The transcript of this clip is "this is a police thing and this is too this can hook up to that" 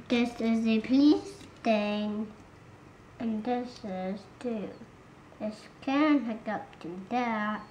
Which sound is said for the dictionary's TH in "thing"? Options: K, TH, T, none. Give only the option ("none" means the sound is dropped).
T